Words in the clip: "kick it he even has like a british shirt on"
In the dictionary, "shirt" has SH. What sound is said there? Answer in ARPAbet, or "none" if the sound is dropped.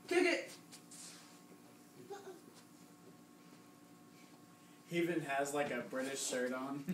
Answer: S